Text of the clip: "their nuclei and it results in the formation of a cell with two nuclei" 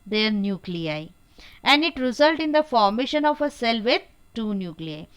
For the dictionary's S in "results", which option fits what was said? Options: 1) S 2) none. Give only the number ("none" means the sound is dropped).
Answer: 2